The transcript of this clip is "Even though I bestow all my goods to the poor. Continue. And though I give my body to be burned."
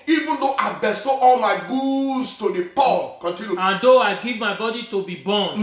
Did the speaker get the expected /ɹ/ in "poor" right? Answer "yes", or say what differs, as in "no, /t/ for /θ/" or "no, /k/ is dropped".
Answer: no, /l/ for /ɹ/